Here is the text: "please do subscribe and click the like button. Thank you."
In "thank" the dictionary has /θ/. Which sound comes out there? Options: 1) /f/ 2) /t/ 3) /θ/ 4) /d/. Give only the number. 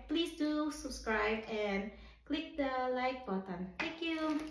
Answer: 2